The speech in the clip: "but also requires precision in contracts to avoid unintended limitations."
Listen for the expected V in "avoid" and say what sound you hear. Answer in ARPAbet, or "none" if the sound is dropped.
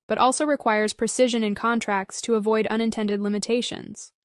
V